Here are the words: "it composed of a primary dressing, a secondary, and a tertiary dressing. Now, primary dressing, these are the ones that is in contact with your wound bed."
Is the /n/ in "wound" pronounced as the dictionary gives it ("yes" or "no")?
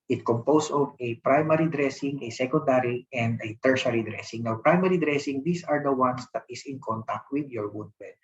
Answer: no